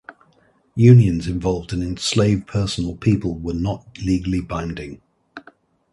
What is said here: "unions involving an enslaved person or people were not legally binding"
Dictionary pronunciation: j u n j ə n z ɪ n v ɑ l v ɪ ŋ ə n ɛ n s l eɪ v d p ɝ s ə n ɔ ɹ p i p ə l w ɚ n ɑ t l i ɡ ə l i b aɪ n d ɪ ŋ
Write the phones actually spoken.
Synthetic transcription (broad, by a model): j u n j ə n z ɪ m v ɑ l v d ə n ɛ n s l eɪ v p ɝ s ə n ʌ l p i p ə l w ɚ n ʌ t l i ɡ ə l i b aɪ n d ɪ ŋ